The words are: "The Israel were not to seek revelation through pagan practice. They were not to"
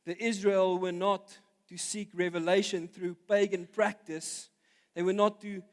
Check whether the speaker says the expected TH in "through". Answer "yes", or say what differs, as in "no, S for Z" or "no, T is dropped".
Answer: yes